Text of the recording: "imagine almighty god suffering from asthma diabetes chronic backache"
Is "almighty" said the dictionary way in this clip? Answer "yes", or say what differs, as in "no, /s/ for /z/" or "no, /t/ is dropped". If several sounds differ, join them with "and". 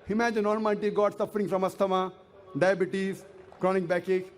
no, /n/ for /l/